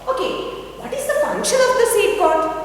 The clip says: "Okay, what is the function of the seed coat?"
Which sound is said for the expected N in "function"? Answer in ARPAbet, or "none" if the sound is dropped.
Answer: L